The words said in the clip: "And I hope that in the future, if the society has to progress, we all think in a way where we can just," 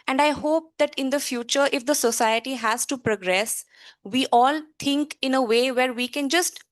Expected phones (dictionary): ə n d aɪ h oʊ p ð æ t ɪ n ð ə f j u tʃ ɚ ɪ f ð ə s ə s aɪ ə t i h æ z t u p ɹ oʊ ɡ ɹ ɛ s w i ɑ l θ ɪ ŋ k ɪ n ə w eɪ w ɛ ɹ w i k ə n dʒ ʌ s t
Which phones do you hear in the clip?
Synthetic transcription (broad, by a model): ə n d aɪ h oʊ p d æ t ɪ n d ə f j u tʃ ɚ ɪ f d ə s ə s aɪ ə t i h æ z t u p ɹ oʊ ɡ ɹ ɛ s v i ɑ l t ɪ ŋ k ɪ n ə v eɪ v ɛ ɹ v i k ə n dʒ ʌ s t